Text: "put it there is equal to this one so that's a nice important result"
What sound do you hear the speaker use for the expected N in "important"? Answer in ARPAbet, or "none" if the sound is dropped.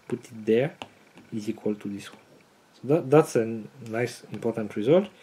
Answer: N